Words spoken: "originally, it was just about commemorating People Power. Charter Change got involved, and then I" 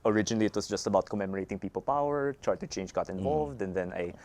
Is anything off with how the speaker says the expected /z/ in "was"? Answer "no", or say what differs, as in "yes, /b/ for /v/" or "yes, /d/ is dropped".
yes, /s/ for /z/